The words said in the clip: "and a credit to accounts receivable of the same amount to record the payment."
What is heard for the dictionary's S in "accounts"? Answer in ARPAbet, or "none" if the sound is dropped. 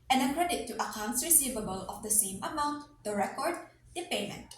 S